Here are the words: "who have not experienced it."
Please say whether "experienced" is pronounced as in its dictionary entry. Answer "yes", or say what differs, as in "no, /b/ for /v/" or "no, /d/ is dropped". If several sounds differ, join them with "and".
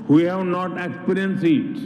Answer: no, /t/ is dropped